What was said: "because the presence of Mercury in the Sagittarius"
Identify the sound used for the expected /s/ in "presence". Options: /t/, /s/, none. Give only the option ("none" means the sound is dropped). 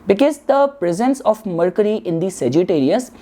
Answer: /s/